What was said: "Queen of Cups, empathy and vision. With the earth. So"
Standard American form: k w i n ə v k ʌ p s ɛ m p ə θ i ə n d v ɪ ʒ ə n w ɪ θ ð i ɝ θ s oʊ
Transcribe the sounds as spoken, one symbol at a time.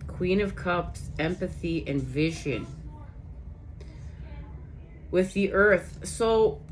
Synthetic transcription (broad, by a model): k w i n ə v k ʌ p s ɛ m p ə θ i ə n v ɪ ʒ ə n w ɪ ð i ɝ θ s oʊ